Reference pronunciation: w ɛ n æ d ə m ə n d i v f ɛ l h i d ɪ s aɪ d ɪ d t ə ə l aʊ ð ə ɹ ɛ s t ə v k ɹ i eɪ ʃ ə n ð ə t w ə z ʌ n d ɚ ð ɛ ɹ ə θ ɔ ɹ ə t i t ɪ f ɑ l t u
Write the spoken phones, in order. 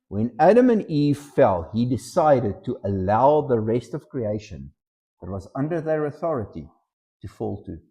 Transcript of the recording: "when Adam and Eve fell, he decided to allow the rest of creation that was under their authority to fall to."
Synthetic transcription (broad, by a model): w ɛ n æ d ə m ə n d i v f ɛ l h i d ɪ s aɪ d ɪ d t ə ə l aʊ ð ə ɹ ɛ s t ə v k ɹ i eɪ ʃ ə n ð ə t w ə z ʌ n d ɚ ð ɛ ɹ ə θ ɔ ɹ ə t i t ɪ f ɑ l t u